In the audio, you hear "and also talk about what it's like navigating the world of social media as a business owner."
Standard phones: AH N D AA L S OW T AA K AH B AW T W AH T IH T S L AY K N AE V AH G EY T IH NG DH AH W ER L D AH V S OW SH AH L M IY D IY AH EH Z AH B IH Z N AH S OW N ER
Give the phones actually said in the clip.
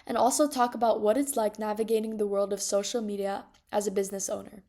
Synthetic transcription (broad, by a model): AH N AA L S OW T AA K AH B AW T W AH T IH T S L AY K N AE V AH G EY T IH NG DH AH W ER L D AH V S OW SH L M IY D IY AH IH Z AH B IH Z N AH S OW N ER